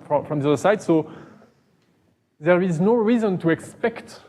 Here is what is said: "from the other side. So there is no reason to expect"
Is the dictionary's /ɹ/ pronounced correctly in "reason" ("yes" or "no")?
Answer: yes